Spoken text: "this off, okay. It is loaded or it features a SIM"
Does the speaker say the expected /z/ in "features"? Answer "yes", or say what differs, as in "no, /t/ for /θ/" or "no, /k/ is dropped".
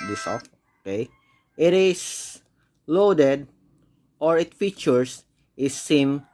no, /s/ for /z/